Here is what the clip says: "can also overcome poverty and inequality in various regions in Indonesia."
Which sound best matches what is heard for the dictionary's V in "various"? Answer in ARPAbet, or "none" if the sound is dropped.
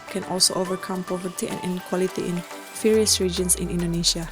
F